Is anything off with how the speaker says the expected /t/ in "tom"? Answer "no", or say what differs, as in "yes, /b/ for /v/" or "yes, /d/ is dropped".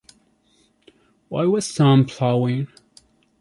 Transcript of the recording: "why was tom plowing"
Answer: yes, /s/ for /t/